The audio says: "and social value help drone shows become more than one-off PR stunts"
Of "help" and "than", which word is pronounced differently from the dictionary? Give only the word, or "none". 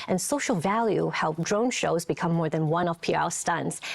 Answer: none